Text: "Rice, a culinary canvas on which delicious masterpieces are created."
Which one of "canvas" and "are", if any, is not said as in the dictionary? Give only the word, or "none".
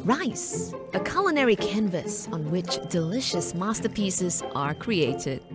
none